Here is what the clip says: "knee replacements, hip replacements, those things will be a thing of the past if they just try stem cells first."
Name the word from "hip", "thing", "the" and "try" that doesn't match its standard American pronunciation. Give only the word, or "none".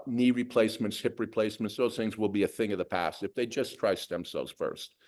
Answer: none